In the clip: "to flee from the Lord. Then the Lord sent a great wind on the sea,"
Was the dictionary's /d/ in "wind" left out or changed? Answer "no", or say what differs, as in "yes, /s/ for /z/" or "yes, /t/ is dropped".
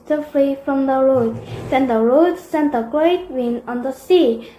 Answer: yes, /d/ is dropped